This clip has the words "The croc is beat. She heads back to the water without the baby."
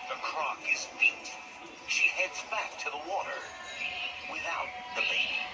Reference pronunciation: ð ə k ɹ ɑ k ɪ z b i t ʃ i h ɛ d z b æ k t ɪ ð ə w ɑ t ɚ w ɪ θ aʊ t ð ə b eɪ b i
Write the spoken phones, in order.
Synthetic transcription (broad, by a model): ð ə k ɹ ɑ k ɪ z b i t ʃ i h ɛ d z b æ k t ɪ ð ə w ɑ t ɚ w ɪ θ aʊ t ð ə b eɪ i